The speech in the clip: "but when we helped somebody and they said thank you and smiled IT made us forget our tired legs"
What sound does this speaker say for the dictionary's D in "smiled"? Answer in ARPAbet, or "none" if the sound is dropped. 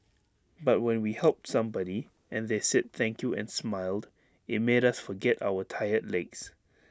D